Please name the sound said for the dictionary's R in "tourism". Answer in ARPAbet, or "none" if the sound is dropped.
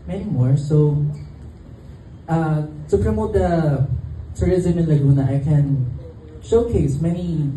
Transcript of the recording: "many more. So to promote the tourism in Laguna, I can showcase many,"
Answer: R